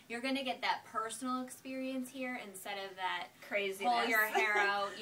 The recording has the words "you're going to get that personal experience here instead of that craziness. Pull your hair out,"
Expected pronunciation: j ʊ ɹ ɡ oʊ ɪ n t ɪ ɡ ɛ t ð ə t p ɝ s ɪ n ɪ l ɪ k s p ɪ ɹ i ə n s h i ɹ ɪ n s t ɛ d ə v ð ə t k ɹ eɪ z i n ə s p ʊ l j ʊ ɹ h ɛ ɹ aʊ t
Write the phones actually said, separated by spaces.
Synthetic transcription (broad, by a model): j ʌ ɹ ɡ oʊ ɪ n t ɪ ɡ ɛ t ð ə t p ɝ s n l ɪ k s p ɪ ɹ i ə n s h i ɹ ɪ n s t ɛ d ə v ð ə t k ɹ eɪ z i ə ɹ h ɛ ɹ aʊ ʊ